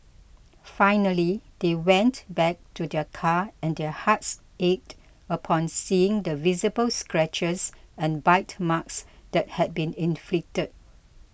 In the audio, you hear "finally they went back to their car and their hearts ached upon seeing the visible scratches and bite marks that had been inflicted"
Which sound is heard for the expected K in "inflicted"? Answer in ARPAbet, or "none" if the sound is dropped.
K